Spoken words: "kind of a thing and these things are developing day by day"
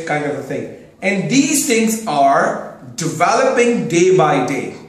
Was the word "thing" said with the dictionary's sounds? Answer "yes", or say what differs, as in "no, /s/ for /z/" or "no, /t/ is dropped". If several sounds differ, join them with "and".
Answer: no, /t/ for /θ/